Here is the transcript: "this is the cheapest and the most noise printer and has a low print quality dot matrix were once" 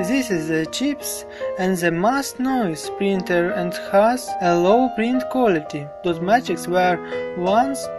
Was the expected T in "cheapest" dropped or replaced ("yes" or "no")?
yes